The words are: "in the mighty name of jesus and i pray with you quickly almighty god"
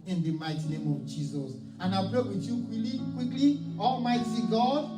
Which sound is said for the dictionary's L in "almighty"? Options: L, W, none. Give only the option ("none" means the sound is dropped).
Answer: L